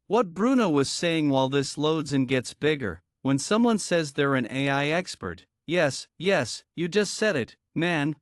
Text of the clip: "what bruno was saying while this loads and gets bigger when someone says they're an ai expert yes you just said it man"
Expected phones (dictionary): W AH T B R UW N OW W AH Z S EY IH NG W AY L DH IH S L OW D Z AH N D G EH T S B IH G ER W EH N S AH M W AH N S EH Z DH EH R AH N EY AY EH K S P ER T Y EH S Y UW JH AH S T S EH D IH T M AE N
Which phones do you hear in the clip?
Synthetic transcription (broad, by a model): W AH T B R UW N OW W AH Z S EY IH NG W AY L DH IH S L OW D Z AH N G EH T S B IH G ER W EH N S AH M W AH N S EH Z DH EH R AH N EY AY EH K S P ER T Y EH S Y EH JH AH S T S EH D IH T M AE N